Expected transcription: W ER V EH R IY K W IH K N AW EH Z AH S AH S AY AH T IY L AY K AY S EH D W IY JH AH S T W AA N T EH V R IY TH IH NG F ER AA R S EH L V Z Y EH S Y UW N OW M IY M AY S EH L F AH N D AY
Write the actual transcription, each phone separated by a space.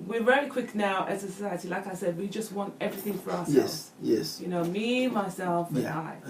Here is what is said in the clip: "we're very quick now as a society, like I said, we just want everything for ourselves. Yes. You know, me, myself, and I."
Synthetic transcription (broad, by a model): W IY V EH L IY K W IH K N AW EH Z AH S AH S AY AH T IY L AY K AY S EH D W IY JH AH S T W AA N T EH V R IY TH IH NG F ER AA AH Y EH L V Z Y EH S Y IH N OW M IY M AY S EH L F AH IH